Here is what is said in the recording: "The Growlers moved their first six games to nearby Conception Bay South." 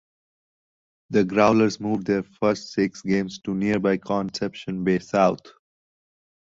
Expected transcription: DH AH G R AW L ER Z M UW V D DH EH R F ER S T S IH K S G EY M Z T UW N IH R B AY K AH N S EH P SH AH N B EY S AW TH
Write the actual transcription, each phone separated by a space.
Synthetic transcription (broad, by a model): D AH G R AW L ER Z M UW V D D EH R F ER S T S IH K S G EY M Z T UW N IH R B AY K AH N S EH P SH AH N B EY S AW T